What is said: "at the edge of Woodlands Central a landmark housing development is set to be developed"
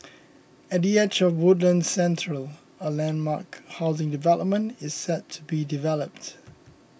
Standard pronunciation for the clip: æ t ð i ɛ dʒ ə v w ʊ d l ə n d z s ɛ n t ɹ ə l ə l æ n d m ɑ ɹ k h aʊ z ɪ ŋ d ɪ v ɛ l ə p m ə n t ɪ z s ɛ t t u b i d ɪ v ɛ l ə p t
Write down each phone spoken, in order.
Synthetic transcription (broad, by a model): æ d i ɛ tʃ ə v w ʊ d l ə n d s ɛ n t ɹ ə l ə l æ n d m ɑ k h aʊ z ɪ ŋ d ɪ v ɛ l ə p m ə n t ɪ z s ɛ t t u b i d ɪ v ɛ l ə p t